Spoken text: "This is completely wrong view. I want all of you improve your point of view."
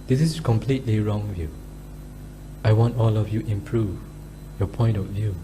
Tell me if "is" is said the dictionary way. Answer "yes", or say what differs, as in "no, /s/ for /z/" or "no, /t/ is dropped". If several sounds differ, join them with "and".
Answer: no, /s/ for /z/